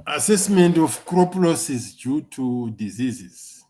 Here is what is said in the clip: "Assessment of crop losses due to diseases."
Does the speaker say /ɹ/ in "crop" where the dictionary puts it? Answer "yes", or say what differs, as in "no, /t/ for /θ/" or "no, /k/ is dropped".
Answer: yes